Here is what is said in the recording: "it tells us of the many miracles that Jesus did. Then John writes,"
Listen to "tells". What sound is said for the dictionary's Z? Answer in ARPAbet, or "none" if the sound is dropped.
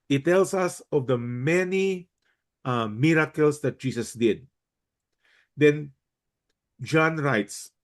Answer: S